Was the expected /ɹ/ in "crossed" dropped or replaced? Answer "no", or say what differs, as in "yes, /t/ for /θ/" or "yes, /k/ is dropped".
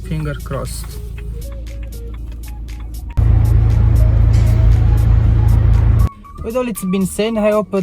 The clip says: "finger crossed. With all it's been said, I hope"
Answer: no